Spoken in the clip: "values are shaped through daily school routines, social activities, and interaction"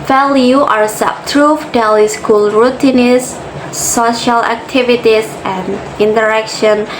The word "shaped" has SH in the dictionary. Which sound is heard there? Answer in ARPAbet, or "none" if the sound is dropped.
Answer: S